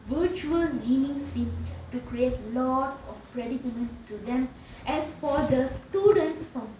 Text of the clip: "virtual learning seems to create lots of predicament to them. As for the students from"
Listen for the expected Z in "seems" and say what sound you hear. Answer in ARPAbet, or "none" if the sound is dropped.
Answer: none